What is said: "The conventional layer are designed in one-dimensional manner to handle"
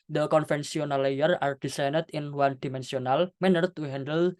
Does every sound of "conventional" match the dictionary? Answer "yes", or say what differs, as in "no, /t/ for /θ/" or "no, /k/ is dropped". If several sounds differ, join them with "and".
no, /s/ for /ʃ/